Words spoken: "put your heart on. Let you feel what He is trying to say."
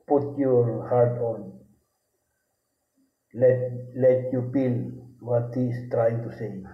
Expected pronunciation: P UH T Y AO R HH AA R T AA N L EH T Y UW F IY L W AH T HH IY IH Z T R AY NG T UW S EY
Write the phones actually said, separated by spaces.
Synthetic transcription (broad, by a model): P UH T Y AO R HH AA R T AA N L EH T Y UW P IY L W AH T HH IY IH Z T R AY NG T UW S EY